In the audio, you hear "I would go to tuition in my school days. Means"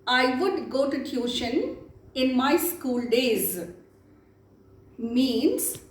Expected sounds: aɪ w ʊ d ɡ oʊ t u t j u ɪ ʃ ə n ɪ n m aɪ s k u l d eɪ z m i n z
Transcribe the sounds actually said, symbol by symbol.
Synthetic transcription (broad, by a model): aɪ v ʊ d ɡ oʊ t u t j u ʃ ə n ɪ n m aɪ s k u l d eɪ z m i n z